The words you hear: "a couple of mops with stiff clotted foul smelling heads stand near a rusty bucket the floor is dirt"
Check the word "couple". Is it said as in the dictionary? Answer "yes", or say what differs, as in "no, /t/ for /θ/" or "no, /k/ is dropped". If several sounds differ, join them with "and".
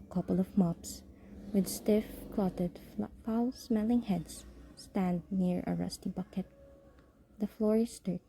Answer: yes